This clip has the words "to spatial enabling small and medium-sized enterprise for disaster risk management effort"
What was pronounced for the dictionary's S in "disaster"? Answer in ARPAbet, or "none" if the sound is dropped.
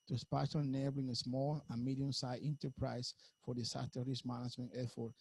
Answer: none